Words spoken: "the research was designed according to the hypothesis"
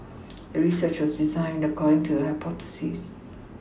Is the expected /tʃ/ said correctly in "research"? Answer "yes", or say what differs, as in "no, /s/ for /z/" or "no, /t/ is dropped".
yes